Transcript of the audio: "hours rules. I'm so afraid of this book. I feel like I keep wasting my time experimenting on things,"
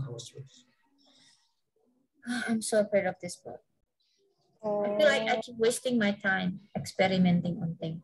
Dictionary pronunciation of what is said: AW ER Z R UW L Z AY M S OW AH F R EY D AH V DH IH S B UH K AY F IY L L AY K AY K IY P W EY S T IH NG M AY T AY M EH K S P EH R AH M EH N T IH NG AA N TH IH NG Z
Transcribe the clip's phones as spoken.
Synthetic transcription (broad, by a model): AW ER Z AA AY M S OW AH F EY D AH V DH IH S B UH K AY F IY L L AY K AY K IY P W EY S T IH NG M AY T AY M EH K S P EH R AH M EH N T IH NG AA N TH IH NG